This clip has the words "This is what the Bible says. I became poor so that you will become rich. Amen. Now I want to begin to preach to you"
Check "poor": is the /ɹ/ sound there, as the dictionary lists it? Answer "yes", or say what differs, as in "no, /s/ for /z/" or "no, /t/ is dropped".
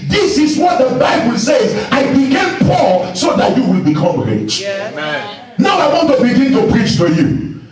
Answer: no, /l/ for /ɹ/